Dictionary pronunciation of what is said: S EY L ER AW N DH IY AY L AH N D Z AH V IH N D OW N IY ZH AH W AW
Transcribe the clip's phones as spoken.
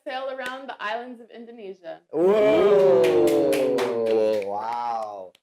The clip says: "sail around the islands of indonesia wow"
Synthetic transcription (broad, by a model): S EY L ER AW N DH IY AY L AH N D Z AH V IH N D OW N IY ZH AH W AW